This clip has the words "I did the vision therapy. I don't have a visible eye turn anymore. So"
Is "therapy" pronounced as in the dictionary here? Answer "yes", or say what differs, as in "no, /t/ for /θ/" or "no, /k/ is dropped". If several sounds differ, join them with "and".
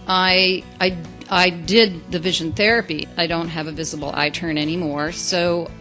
yes